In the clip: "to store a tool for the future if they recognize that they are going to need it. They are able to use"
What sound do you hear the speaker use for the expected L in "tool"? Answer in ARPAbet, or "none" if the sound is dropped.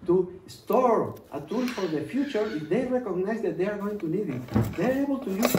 N